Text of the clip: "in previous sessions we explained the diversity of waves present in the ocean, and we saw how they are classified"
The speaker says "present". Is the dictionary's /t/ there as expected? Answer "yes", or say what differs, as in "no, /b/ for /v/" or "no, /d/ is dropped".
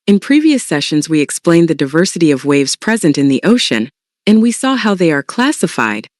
yes